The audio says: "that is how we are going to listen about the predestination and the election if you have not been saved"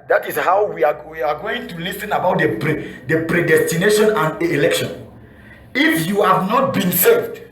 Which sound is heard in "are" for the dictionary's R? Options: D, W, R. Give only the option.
W